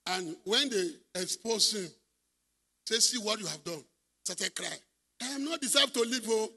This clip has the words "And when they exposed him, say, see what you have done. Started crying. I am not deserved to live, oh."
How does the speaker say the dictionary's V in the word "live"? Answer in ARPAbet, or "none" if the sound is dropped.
P